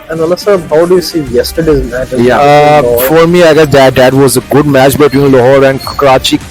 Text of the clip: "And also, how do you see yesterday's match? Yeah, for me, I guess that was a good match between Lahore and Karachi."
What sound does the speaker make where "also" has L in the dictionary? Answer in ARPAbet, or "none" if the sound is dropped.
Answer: none